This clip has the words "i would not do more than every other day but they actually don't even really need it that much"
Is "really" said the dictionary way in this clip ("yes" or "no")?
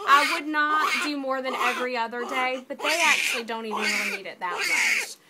no